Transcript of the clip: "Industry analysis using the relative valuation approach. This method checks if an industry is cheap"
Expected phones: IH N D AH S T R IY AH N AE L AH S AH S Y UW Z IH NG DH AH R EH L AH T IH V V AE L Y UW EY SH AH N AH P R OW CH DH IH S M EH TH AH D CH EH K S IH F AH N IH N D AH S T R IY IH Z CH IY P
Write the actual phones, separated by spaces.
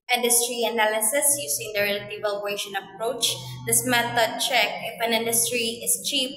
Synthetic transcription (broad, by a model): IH N D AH S T R IY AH N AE L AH S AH S Y UW S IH NG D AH R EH L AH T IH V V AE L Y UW EY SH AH N AH P R OW CH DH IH S M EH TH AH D CH EH K IH F AH N IH N D AH S T R IY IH S CH IY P